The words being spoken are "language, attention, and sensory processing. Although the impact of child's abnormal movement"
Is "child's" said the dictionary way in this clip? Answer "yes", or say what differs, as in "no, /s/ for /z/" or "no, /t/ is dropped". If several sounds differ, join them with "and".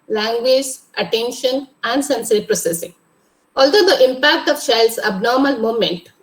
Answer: no, /ʃ/ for /tʃ/